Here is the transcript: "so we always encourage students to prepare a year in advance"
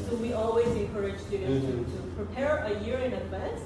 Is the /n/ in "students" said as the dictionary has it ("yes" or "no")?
no